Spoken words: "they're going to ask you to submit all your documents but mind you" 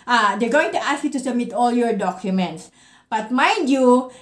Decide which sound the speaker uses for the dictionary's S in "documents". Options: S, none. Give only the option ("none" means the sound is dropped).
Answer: S